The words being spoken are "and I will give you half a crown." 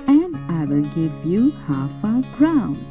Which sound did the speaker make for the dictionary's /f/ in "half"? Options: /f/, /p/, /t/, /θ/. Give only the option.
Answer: /f/